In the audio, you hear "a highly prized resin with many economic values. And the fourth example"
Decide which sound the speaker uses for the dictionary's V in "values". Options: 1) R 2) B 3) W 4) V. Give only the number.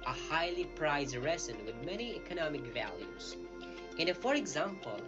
4